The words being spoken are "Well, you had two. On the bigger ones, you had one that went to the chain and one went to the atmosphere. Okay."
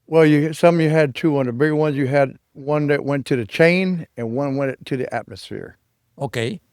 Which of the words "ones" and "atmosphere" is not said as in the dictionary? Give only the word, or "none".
none